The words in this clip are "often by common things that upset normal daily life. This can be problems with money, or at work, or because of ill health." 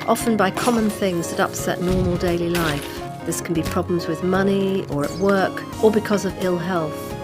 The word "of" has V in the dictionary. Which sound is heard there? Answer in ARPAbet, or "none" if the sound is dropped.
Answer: V